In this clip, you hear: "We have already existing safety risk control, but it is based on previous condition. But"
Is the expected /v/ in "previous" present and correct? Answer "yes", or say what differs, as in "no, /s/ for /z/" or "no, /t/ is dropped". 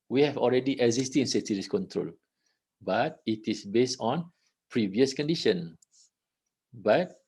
yes